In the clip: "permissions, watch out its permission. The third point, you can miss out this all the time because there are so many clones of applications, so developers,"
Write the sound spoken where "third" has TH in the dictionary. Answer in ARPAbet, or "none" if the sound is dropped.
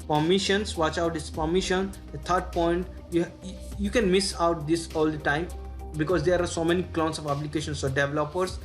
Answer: T